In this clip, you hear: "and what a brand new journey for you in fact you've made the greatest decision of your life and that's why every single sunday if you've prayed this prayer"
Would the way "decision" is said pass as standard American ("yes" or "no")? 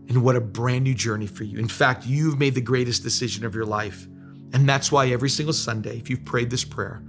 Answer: yes